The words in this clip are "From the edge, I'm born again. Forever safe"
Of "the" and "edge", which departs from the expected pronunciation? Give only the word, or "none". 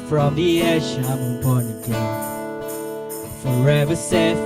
edge